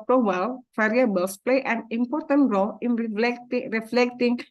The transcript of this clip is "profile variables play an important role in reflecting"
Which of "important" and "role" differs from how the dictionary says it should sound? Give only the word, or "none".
none